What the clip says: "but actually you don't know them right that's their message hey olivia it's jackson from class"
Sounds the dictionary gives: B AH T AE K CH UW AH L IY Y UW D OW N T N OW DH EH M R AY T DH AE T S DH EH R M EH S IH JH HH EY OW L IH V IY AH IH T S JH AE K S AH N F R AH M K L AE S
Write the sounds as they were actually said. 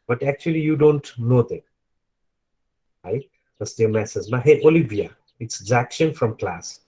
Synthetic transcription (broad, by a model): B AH T AE K CH UW AH L IY Y UW D OW N T N OW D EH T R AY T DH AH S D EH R M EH S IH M HH EY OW L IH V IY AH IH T S Z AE K SH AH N F R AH M K L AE S